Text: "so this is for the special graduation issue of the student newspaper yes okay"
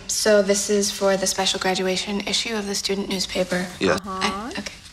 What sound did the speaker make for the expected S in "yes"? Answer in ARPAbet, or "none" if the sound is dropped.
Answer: none